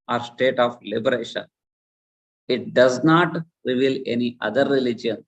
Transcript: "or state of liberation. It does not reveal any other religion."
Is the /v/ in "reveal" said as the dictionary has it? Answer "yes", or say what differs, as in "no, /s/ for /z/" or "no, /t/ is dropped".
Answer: yes